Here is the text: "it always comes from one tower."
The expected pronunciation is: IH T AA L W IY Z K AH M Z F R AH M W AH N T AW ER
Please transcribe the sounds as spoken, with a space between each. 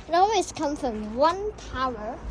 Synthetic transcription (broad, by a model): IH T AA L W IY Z K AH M F R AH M W AH N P AW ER